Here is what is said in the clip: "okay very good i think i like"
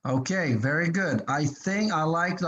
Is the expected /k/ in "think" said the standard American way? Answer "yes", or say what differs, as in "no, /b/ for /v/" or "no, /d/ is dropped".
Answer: yes